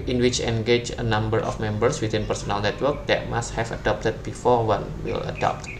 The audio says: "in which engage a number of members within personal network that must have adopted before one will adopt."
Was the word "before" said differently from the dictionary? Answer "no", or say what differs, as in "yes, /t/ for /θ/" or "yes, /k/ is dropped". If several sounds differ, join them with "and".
no